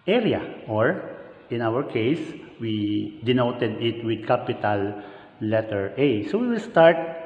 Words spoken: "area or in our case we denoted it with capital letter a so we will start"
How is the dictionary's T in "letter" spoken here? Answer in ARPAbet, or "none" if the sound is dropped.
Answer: T